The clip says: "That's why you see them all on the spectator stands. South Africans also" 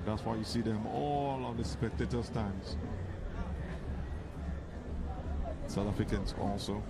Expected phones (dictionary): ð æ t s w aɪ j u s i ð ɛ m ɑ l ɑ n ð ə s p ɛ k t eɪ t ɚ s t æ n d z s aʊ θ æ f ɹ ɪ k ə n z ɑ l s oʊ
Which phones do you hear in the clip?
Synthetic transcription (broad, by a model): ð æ t s w aɪ j u s i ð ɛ m ɑ l ɑ n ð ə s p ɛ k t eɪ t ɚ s t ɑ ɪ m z s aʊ t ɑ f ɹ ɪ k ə n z ɑ l s oʊ